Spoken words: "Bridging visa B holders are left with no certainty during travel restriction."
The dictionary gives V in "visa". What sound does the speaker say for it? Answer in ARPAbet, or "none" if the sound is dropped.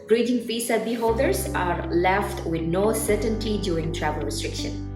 F